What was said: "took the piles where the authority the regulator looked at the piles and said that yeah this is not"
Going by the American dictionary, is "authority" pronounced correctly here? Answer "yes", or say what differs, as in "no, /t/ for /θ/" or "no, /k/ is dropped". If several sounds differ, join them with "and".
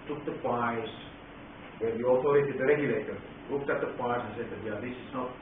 no, /t/ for /θ/